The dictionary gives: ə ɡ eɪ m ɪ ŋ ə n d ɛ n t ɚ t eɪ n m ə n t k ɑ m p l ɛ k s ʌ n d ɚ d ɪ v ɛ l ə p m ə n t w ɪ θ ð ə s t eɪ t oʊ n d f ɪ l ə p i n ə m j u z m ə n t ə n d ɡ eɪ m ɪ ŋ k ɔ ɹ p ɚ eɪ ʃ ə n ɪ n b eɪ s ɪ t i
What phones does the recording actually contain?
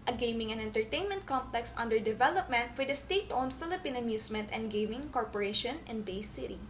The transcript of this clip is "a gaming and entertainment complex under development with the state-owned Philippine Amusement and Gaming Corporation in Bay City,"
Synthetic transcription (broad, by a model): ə ɡ eɪ m ɪ ŋ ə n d ɛ n t ɚ t eɪ n m ə n t k ɑ m p l ɛ k s ʌ n d ɚ d ɪ v ɛ l ə p m ə n t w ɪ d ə s t eɪ t oʊ n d f ɪ l ə p i n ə m j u s m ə n t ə n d ɡ eɪ m ɪ ŋ k ɔ ɹ p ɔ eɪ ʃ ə n ɪ n b eɪ s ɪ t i